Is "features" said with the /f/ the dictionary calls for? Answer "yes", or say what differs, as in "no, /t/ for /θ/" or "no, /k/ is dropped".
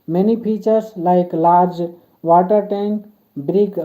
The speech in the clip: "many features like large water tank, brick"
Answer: no, /p/ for /f/